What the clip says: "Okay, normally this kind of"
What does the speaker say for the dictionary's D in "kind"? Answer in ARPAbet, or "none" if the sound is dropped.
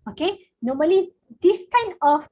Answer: none